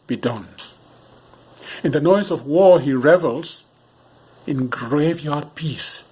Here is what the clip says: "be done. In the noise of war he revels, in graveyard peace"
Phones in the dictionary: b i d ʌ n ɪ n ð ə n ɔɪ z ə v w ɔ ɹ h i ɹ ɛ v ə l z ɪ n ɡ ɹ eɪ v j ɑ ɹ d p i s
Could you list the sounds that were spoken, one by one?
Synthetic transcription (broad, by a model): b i d ʌ n ɪ n ð ə n ɔɪ z ə v w ɔ ɹ h i ɹ ɛ v ə l z ɪ n ɡ ɹ eɪ v j ɑ ɹ d p i s